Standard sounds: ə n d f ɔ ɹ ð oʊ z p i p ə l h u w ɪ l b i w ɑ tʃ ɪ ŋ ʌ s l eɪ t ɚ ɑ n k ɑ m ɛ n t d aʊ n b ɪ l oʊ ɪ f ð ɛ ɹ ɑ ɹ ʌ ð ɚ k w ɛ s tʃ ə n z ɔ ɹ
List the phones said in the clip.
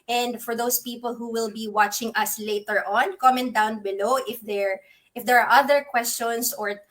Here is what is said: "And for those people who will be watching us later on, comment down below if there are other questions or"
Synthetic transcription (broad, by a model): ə n d f ɔ ɹ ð oʊ s p i p ə l h u w ɪ l b i w ɑ tʃ ɪ ŋ ʌ s l eɪ t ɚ ɑ n k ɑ m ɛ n d aʊ n b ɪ l oʊ ɪ f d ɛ ɹ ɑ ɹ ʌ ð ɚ k w ɛ s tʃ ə n s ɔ ɹ